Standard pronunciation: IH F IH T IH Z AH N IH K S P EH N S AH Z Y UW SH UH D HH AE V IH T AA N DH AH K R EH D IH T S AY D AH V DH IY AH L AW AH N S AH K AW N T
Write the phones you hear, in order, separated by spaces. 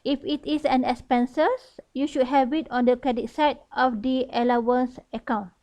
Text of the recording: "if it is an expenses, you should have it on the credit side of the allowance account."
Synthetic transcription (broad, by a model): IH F IH T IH S AH N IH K S P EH N S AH S Y UW SH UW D HH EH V IH T AA N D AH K EH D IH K S AY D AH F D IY AH L AW AH N S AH K AW N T